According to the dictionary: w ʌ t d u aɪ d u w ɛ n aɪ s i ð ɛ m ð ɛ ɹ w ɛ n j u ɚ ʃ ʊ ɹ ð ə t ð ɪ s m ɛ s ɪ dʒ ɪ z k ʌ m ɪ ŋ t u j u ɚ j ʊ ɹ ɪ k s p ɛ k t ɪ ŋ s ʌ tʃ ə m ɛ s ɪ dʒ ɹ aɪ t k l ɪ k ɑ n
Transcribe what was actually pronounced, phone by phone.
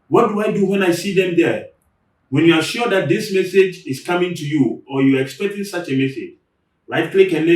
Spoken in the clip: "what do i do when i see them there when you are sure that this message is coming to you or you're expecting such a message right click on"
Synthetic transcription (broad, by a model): w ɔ t d u aɪ d u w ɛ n aɪ s i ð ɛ m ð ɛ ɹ w ɛ n j u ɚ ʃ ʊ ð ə t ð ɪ s m ɛ s ɪ dʒ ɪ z k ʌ m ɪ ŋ t u j u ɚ j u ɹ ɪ k s p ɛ k t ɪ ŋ s ʌ tʃ ə m ɛ s ɪ dʒ l aɪ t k l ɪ k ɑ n